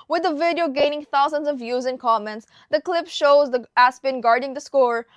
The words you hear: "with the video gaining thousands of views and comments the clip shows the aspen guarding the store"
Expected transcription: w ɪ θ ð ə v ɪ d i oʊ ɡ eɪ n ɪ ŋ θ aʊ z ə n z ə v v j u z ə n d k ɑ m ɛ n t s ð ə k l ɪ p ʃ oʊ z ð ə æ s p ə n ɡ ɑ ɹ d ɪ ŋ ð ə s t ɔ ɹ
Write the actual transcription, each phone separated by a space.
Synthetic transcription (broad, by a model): w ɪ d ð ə v ɪ d i oʊ ɡ eɪ n ɪ ŋ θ aʊ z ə n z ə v v j u z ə n k ɑ m ɛ n t s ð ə k l ɪ p ʃ oʊ z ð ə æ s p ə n ɡ ɑ ɹ d ɪ ŋ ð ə s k ɔ ɹ